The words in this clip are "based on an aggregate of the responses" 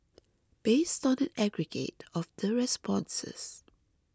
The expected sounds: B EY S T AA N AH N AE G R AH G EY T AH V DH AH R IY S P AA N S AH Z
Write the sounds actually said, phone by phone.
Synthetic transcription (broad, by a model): B EY S T AA N AH N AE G R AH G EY T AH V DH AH R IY S P AA N S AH S